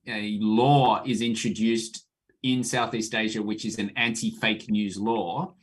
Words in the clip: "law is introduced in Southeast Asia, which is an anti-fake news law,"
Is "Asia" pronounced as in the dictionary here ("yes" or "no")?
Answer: yes